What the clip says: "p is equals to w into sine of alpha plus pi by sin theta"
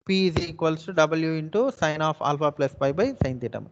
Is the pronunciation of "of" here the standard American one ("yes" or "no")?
no